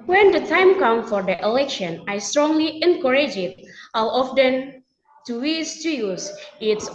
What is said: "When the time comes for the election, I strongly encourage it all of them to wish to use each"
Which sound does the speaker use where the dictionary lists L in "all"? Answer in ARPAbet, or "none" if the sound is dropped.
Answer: W